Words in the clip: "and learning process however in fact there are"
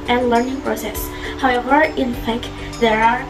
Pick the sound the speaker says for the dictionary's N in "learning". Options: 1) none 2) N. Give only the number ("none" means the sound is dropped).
2